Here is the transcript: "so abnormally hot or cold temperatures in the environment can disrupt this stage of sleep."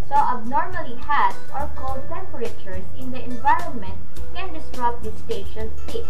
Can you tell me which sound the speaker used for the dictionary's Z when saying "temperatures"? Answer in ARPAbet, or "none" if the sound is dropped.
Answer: S